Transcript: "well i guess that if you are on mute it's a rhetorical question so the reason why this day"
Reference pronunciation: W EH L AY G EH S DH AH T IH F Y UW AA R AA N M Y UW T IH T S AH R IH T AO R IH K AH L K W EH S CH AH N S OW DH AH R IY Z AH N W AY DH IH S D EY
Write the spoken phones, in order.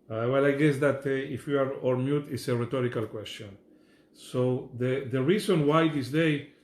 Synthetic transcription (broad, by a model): W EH L AY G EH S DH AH T IH F Y UW AA R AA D M Y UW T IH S AH R IH T AO R IH K AH L K W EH S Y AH N S OW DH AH R IY S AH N W AY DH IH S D EY